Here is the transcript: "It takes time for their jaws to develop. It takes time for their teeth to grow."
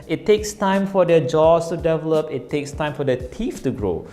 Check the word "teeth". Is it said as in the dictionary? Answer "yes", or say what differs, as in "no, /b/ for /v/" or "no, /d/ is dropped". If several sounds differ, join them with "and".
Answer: no, /f/ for /θ/